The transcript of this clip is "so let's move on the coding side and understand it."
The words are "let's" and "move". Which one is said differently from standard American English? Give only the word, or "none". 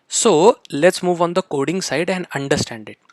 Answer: none